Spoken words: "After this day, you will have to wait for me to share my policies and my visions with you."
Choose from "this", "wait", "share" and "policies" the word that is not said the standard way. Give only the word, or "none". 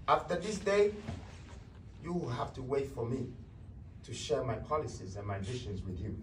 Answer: none